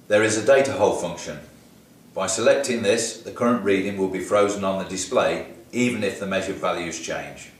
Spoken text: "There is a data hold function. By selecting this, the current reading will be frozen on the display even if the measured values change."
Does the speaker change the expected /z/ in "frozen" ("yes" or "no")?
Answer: no